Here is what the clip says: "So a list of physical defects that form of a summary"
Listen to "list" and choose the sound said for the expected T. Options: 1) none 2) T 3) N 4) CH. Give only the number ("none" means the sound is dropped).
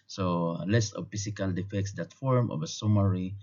1